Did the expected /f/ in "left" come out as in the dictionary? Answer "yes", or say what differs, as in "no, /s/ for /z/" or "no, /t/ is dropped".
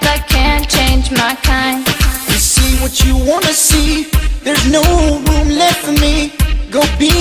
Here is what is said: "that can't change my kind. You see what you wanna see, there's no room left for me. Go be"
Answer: no, /f/ is dropped